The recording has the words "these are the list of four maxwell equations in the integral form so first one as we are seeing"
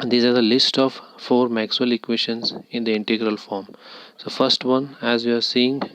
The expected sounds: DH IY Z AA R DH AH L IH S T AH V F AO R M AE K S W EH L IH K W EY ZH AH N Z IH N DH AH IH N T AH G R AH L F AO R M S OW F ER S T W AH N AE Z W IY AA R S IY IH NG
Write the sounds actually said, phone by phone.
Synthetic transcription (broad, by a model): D IY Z AA R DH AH L IH S T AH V F AO R M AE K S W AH L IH K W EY SH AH N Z IH N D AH IH N T AH G R AH L F AO R M S OW F ER S T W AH N AE Z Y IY AA R S IY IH NG